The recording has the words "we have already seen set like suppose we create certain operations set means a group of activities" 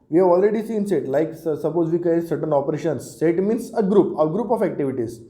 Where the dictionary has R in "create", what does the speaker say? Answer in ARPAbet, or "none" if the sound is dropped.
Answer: none